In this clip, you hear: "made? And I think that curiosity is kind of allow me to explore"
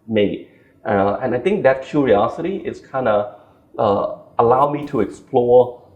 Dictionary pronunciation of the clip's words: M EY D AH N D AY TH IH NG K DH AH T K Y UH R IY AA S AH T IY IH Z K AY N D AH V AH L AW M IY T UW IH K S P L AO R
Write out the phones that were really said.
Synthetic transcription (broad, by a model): M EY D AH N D AY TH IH NG K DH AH T K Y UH R IY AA S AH T IY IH S K AY N D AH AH AH L AW M IY T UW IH K S P L AO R